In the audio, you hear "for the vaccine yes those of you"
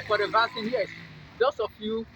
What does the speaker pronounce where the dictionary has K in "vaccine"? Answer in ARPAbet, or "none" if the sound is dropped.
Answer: none